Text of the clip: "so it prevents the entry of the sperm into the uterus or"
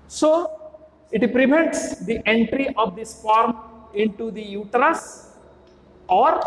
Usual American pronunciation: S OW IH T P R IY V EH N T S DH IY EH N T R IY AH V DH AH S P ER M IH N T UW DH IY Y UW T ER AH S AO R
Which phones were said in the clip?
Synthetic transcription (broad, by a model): S OW IH T P R IY V EH N T S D IY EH N T R IY AH V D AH S F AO M IH N T UW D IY Y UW T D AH S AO R